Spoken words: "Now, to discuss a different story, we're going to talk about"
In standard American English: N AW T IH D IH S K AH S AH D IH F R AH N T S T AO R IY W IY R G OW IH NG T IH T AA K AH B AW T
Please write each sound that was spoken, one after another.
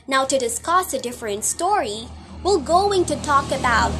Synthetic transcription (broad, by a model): N AW T IH D IH S K AH S AH D IH F R AH N T S T AO R IY W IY L G OW IH NG T IH T AA K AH B AW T